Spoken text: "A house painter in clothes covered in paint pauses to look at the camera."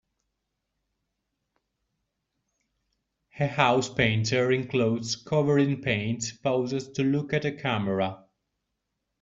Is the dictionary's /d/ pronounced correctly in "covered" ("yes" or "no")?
no